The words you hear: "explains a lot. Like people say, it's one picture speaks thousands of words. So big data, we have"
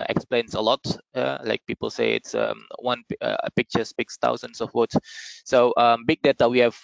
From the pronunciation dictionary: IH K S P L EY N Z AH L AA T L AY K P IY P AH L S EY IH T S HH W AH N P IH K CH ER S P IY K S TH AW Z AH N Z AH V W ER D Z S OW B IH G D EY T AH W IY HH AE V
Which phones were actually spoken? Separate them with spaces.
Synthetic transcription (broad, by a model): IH K S P L EY N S AH L AA T L AY K P IY P AH L S EY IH T S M W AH N P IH K CH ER S P IY K S T AW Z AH N S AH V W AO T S OW B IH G D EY T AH W IY HH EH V